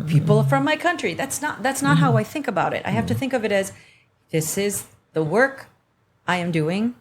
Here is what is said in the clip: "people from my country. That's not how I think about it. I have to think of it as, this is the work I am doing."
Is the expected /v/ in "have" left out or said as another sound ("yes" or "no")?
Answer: yes